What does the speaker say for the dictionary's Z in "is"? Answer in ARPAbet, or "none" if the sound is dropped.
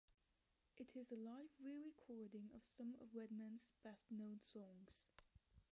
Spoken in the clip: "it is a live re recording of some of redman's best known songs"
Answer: Z